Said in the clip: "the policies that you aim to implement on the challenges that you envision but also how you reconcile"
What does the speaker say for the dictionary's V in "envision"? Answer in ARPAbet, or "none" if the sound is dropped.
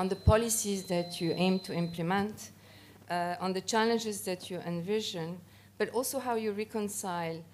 V